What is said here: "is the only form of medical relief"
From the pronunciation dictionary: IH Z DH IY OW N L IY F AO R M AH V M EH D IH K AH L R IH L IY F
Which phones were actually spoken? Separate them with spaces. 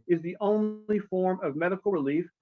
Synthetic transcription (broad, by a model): IH Z DH IY OW N L IY F AO R M AH V M EH D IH K L R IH L IY F